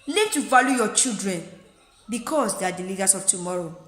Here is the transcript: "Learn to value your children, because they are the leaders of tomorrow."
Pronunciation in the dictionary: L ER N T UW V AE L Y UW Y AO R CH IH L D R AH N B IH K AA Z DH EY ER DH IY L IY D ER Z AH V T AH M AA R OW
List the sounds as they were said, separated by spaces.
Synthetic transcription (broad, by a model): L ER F T UW V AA L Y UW Y AO CH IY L D R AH N B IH K AA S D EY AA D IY L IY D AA S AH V T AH M AA R OW